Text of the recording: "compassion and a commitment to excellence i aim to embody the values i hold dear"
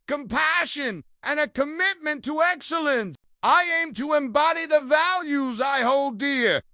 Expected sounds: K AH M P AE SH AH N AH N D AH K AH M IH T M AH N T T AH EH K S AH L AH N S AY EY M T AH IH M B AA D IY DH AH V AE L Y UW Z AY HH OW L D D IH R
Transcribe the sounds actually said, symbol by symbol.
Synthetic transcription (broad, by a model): K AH M P AE SH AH N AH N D AH K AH M IH T M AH N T T AH EH K S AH L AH N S AY EY M T AH IH M B AA D IY DH AH V AE L Y UW Z AY HH OW L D D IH R